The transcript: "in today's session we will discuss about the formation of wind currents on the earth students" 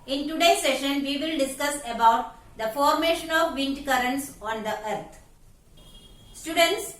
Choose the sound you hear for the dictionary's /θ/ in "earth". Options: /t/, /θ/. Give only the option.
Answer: /t/